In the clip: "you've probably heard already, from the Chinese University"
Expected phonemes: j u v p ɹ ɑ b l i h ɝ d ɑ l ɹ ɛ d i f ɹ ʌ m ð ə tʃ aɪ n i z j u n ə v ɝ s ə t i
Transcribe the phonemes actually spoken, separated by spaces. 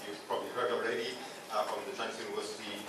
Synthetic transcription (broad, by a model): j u p ɹ ɑ b l i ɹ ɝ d ɑ l ɹ ɛ d i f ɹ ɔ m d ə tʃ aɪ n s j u n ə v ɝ s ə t i